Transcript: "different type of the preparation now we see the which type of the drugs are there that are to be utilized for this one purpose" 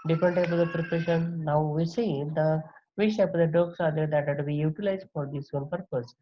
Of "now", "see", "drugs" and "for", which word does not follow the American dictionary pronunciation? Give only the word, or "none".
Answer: drugs